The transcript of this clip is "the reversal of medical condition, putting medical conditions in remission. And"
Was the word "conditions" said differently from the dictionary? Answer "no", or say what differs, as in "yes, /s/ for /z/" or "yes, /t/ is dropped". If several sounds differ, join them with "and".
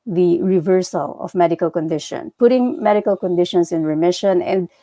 yes, /s/ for /z/